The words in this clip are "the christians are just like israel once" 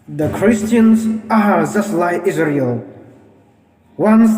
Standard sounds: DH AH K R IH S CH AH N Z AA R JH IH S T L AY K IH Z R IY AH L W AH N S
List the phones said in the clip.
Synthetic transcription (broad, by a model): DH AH K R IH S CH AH N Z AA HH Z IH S L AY IH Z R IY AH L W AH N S